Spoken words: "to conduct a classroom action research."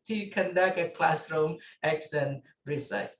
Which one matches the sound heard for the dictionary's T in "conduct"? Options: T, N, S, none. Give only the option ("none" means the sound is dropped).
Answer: none